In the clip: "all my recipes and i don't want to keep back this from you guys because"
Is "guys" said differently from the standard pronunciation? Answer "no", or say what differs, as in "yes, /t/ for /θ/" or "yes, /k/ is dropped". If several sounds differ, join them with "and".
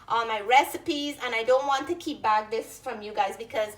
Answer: no